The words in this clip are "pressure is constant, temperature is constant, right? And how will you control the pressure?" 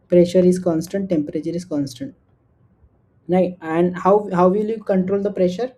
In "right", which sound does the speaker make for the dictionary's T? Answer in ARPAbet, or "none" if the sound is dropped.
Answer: none